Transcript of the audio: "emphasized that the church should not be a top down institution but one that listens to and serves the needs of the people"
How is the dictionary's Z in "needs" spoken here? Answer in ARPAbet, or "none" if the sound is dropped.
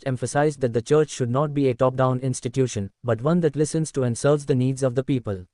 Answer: Z